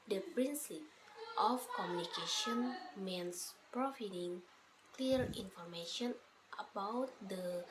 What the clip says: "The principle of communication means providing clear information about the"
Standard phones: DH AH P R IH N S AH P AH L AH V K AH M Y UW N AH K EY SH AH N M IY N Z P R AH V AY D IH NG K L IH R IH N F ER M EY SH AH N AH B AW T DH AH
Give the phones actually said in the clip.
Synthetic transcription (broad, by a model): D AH P R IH N S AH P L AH F K AH M Y UW N AH K EY SH AH N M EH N S P R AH F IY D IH NG K L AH R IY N F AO M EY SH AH N AH B AW T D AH